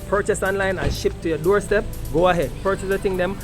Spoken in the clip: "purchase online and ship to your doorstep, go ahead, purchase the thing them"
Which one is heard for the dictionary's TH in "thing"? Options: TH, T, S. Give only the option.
T